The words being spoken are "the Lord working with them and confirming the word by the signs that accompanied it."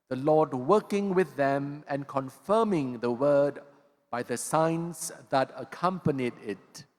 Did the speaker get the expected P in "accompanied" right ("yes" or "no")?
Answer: yes